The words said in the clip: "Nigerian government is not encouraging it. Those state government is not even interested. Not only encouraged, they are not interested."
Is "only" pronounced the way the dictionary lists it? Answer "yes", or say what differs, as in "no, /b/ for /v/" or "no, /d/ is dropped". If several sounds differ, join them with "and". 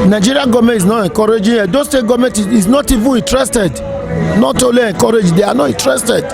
no, /n/ is dropped